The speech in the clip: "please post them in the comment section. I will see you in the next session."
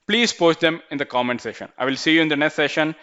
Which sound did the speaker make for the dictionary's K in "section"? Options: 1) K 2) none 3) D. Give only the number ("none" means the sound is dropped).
2